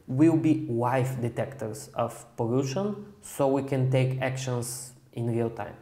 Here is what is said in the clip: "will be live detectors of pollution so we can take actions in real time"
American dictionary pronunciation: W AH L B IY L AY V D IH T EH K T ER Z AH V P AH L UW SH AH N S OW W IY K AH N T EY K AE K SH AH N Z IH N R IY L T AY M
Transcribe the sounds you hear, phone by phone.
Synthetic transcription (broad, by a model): W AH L B IY W AY F D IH T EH K T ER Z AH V P AH L UW SH AH N S OW W IY K AH N T EY K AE K SH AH N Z IH N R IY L T AY M